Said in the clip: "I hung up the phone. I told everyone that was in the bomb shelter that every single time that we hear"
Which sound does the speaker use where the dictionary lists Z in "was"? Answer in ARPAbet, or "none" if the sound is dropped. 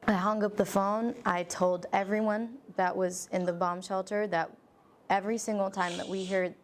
Z